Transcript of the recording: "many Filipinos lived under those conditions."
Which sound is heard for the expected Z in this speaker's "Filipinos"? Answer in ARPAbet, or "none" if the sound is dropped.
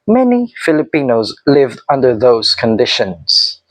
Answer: Z